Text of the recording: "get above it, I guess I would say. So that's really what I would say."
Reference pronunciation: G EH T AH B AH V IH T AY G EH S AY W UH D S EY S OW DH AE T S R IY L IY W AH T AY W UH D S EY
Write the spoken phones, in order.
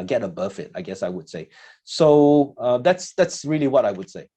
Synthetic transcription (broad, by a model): G EH T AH B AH F IH T AY G EH S AY W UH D S EY S OW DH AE T S R IY L IY W AH T AY W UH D S EY